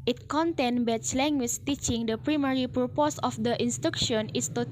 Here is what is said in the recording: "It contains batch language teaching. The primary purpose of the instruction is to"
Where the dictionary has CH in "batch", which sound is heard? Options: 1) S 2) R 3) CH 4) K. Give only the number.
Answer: 1